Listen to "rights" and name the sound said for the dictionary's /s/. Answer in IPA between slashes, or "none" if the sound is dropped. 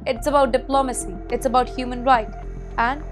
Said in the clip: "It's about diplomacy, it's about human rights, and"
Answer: none